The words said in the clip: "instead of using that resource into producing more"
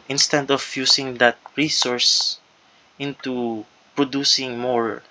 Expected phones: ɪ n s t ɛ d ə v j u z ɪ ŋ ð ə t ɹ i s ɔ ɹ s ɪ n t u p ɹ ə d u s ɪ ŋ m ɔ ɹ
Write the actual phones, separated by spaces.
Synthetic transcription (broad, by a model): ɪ n s t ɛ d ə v j u s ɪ ŋ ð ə t ɹ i s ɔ ɹ s ɪ n t u p ɹ ə d u s ɪ ŋ m ɔ ɹ